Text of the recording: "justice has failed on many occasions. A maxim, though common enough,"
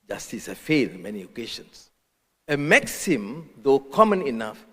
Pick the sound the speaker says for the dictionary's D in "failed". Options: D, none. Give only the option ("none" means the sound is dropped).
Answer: none